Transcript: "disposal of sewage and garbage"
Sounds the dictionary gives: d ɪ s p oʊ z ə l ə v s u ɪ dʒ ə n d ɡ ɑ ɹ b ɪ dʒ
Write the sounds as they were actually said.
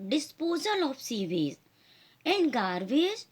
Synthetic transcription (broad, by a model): d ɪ s p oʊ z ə l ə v s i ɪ z ə n d ɡ ɑ ɹ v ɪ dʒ